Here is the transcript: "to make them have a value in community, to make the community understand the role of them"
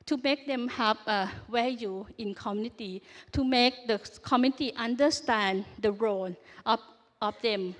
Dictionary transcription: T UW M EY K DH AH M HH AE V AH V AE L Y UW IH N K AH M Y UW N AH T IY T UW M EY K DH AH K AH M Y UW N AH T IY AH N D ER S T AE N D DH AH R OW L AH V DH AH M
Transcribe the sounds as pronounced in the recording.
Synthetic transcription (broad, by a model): T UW M EY K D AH M HH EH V AH W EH Y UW IH N K AH M Y UW N AH T IY T UW M EY K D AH K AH M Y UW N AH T IY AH N D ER S T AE N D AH R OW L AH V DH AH M